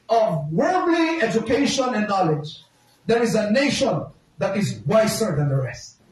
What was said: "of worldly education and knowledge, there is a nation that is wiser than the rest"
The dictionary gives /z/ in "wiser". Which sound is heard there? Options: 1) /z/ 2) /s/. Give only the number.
2